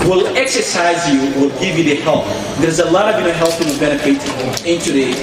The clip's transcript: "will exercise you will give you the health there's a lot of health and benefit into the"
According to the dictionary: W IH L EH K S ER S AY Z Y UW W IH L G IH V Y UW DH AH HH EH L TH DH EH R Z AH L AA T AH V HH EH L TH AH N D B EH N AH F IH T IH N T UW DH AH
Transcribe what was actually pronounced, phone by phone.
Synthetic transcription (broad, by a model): W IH L EH K S ER S AY Z Y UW W IH L G IH V Y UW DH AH HH EH L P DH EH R Z AH L AA T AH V HH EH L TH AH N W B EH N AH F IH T IH N T UW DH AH